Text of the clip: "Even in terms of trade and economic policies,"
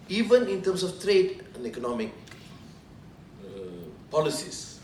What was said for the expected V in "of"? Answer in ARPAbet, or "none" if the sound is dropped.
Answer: F